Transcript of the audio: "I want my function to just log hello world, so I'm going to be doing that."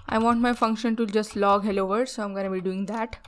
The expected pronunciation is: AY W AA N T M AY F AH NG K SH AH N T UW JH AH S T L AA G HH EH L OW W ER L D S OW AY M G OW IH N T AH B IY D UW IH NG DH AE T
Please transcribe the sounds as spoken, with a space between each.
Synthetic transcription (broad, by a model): AY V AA N T M AY F AH NG K SH AH N T UW JH AH S T L AA G HH EH L OW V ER D S OW AY M G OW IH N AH B IY D UW IH NG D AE T